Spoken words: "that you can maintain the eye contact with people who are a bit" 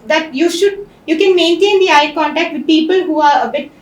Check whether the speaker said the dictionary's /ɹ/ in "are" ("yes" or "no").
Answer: yes